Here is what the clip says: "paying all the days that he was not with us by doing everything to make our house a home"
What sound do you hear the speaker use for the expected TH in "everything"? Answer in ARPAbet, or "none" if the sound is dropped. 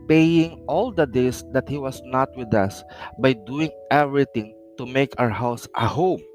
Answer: T